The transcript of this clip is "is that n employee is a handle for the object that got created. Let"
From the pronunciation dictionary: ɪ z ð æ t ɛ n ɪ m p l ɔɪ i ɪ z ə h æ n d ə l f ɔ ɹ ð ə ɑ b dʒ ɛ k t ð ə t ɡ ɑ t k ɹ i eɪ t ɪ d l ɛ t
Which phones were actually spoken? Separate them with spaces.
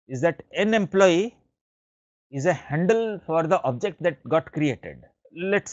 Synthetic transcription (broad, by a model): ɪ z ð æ t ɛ n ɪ m p l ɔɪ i ɪ z ə h æ n d ə l f ɔ ɹ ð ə ɑ b dʒ ɛ k t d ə t ɡ ɑ t k ɹ i eɪ t ɪ d l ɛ t